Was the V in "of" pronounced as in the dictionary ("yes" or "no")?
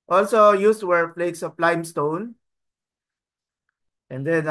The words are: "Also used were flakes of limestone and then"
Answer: no